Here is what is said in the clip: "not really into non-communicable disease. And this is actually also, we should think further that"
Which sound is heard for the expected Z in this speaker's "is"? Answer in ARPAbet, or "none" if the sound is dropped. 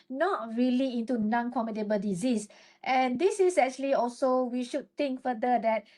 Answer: S